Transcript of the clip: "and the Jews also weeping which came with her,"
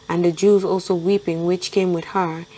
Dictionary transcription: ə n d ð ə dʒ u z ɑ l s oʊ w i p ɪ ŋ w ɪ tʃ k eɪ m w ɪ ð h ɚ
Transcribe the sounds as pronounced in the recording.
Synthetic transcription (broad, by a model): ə n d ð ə dʒ u z ɑ l s oʊ w i p ɪ ŋ w ɪ tʃ k eɪ m w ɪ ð h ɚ